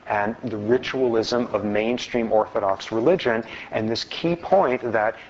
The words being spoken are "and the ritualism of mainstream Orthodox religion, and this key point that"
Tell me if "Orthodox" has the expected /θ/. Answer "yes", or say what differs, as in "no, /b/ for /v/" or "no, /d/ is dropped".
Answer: yes